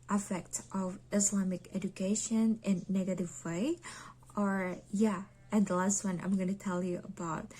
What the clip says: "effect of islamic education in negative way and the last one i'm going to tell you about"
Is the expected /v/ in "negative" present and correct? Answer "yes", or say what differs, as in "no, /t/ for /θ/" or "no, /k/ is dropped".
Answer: yes